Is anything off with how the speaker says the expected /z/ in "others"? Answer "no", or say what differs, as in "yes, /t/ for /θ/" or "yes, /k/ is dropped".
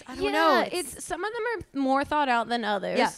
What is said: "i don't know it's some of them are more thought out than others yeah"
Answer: yes, /z/ is dropped